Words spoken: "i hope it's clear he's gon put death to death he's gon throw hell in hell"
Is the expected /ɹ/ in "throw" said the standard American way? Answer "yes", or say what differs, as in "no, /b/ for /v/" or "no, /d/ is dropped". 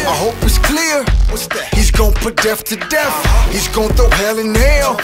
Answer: no, /ɹ/ is dropped